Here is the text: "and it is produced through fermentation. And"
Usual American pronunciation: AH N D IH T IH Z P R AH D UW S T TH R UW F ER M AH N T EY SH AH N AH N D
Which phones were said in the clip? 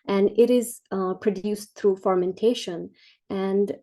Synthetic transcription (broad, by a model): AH N D IH T IH Z P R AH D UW S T T R UW F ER M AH N T EY SH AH N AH N D